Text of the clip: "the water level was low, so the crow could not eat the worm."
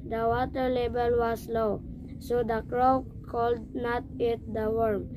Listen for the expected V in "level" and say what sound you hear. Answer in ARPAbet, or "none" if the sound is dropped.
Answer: B